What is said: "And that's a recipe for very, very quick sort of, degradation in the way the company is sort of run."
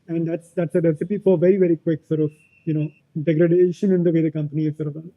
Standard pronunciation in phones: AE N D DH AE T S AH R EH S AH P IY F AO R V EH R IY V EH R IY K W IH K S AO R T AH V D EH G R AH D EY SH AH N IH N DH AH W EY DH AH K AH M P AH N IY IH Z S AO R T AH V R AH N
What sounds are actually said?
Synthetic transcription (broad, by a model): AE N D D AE T S AH R EH S AH P IY F AO R V EH R IY V EH R IY K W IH K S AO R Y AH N D EH G R AH D EY SH AH N IH N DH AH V EY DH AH K AH M P AH N IY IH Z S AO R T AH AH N